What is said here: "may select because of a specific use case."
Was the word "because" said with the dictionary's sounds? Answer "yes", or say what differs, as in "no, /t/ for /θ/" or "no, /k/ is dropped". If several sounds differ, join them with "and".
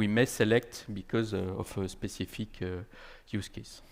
yes